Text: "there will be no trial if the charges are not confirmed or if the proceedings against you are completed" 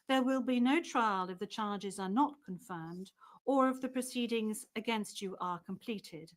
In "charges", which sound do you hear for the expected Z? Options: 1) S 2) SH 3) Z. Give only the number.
3